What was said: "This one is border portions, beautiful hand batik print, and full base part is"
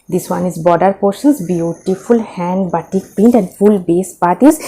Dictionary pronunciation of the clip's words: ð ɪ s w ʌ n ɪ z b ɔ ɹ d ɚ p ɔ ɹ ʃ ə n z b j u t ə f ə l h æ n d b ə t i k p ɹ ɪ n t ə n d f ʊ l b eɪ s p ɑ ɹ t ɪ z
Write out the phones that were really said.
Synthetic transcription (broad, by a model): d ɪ s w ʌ n ɪ z b ɔ d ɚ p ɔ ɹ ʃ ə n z b j u t ə f ə l h æ n d b ə t i k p ɪ n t ə n d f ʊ l b eɪ s p ɑ ɹ t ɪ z